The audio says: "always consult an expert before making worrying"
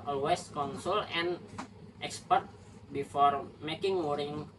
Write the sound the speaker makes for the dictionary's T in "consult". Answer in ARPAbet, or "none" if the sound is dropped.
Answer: none